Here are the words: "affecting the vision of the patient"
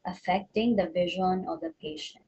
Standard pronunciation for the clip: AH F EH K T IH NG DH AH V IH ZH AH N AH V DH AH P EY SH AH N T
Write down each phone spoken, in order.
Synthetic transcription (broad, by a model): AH F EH K T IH NG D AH V IH ZH AH N AH V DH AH P EY SH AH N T